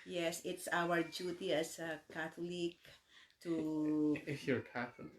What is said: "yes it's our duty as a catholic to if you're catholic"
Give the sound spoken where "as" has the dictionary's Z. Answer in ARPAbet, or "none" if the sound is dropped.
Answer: S